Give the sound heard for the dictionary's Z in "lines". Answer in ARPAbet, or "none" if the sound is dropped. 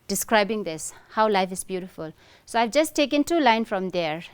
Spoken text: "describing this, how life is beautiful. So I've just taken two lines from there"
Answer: none